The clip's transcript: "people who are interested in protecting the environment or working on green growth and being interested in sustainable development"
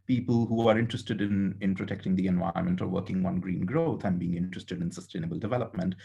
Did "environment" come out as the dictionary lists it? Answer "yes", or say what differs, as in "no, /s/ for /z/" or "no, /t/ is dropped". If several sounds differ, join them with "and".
no, /ɹ/ is dropped